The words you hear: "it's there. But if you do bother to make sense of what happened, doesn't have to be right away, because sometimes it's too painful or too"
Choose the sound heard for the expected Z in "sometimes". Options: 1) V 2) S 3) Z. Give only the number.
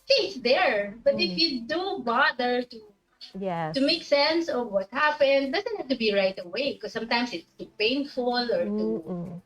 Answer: 2